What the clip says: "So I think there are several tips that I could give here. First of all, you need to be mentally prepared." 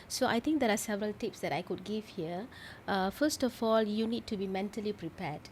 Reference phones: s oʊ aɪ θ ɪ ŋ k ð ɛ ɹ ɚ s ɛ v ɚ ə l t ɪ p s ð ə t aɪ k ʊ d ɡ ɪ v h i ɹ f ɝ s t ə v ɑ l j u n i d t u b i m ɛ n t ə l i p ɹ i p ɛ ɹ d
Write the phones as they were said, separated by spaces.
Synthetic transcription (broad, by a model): s oʊ aɪ t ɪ ŋ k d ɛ ɹ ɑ s ɛ v ɚ ə l t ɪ p s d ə t aɪ k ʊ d ɡ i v h i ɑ f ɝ s t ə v ɑ l j u n i d t u b i m ɛ n t ə l i p ɹ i p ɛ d